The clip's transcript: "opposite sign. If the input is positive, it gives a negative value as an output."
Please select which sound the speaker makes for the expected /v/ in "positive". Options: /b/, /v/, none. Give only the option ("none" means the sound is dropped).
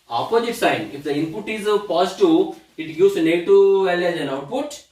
none